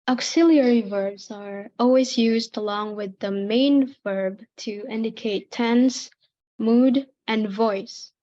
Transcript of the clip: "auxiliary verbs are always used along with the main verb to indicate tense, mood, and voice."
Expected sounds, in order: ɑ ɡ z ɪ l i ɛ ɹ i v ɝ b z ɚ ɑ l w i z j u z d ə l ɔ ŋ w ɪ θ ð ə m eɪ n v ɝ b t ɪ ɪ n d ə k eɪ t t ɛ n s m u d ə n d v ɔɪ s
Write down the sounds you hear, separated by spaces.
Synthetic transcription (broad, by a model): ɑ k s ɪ l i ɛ ɹ i v ɝ b z ɚ ɑ l w i z j u z d ə l ɔ ŋ w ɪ ð ə m eɪ n v ɝ b t ɪ ɪ n d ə k eɪ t t ɛ n s m u d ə n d v ɔɪ s